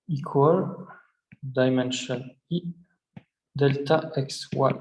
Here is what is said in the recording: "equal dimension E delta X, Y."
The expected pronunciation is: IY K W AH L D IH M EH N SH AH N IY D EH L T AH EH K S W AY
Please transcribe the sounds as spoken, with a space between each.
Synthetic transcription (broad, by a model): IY K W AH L D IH M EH N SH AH N IY D EH L T AH EH K S W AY